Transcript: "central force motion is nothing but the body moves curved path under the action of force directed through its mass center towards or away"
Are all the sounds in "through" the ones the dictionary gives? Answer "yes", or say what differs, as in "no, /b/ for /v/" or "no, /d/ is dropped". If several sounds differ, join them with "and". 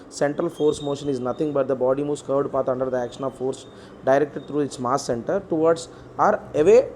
no, /t/ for /θ/